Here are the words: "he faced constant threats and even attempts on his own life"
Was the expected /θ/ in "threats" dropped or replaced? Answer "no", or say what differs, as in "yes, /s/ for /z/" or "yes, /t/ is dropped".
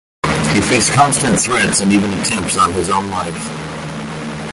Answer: no